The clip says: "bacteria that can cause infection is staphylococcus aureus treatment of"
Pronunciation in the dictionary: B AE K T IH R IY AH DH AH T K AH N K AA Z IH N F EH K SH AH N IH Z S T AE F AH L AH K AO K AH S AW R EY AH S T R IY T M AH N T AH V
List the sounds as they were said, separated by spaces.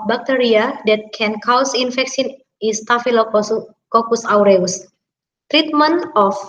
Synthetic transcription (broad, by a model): B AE K T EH R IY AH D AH T K AH N K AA S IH N F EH K S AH N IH S T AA F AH L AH K AO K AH S AW R EY AH S T R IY T M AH N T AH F